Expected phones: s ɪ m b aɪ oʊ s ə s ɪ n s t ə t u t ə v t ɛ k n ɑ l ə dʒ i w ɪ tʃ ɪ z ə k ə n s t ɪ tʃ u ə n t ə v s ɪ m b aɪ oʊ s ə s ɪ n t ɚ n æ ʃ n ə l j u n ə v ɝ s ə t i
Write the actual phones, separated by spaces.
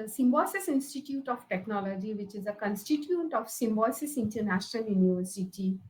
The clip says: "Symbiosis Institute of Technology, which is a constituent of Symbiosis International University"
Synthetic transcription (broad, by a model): s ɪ m b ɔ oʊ s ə s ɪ n s t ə t u t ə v t ɛ k n ɑ l ə dʒ i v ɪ tʃ ɪ z ə k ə n s t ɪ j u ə n t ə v s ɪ m b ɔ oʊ s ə s ɪ n t ɚ n æ ʃ n ə l j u n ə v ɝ s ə t i